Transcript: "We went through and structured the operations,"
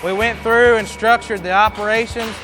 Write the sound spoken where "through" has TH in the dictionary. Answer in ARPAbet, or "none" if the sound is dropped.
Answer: TH